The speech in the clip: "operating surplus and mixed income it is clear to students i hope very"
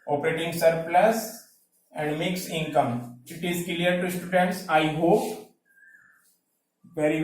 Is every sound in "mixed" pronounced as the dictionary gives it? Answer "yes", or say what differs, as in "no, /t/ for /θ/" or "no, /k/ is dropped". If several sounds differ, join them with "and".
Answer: no, /t/ is dropped